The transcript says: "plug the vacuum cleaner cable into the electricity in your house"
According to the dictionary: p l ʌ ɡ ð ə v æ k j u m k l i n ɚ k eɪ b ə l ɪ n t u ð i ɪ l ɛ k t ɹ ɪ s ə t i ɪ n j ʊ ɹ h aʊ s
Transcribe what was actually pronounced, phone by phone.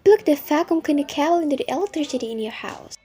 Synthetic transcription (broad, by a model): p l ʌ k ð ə f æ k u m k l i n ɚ k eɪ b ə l ɪ n t u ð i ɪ l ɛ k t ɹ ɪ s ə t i ɪ n j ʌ ɹ h aʊ s